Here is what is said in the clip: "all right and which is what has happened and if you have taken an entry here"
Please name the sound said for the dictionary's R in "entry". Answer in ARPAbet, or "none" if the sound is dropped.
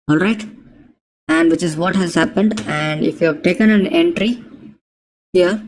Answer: R